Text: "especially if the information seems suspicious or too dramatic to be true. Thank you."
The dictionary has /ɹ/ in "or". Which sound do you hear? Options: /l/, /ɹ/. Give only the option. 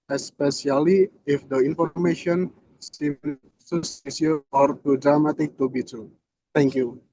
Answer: /ɹ/